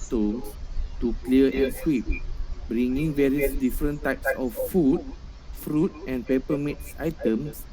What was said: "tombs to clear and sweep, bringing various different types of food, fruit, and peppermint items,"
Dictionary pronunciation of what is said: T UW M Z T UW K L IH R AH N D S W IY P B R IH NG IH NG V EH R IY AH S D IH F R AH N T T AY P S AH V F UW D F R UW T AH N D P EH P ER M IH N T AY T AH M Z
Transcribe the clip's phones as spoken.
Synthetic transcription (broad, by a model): T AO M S T UW K L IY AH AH N S W IY P B R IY NG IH NG V EH R IY AH S D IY F R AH N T T AY P S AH F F UW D F R UW T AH N P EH P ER M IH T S AY T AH M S